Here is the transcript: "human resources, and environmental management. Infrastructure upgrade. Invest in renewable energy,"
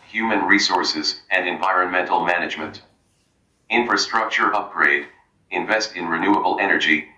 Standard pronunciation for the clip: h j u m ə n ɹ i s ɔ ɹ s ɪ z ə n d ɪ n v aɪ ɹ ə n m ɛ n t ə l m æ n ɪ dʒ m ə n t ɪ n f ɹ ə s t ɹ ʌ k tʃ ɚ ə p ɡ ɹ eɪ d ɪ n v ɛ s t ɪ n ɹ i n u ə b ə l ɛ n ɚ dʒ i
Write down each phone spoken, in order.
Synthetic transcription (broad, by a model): h j u m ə n ɹ i s ɔ ɹ s ɪ z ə n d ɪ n v aɪ ɹ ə n m ɛ n t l m æ n ɪ dʒ m ə n t ɪ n f ɹ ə s t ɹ ʌ k tʃ ɚ ə p ɡ ɹ eɪ d ɪ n v ɛ s t ɪ n ɹ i n u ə b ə l ɛ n ɚ dʒ i